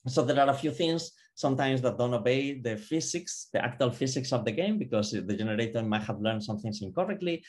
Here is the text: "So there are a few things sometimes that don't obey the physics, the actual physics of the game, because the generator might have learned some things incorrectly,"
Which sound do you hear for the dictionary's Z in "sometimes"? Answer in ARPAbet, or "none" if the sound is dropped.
S